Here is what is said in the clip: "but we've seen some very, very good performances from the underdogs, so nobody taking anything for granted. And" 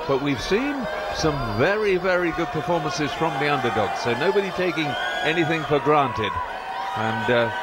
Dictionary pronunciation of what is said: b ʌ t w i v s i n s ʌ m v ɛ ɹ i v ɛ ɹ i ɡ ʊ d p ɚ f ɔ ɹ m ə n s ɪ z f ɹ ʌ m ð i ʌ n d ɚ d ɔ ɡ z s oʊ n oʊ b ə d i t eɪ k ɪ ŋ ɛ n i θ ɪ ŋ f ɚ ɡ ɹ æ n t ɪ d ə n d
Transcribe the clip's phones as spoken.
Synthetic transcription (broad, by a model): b ʌ t w i v s i n s ʌ m v ɛ ɹ i v ɛ ɹ i ɡ ʊ d p ɚ f ɔ ɹ m ə n s ɪ z f ɹ ʌ m ð i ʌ n d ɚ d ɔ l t s oʊ n oʊ b ə d i t eɪ k ɪ ŋ ɛ n i θ ɪ ŋ f ɚ ɡ ɹ æ n t ɪ d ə n